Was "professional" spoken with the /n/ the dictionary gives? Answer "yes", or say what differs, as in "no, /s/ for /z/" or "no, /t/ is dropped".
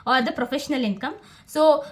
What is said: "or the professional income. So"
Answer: yes